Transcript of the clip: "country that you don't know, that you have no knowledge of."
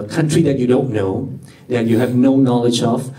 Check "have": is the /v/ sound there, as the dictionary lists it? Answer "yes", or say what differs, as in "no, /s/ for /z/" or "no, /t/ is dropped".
yes